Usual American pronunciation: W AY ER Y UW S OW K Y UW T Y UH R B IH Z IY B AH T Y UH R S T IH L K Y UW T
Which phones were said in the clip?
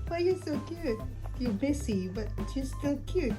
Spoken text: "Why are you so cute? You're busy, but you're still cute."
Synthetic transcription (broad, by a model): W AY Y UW S OW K Y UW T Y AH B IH S IY B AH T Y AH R S T IH L K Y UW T